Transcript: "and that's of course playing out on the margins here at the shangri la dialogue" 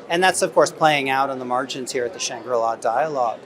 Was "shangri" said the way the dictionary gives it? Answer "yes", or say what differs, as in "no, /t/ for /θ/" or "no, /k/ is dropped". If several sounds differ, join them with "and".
yes